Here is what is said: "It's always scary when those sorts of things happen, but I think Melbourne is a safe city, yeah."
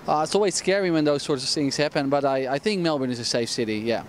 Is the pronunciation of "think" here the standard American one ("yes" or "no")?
yes